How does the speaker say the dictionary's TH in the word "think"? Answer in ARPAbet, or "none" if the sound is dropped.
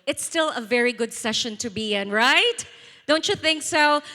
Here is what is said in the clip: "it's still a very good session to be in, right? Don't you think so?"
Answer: TH